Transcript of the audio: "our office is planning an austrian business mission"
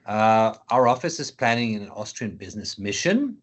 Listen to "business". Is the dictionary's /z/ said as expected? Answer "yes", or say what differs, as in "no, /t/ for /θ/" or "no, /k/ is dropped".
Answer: yes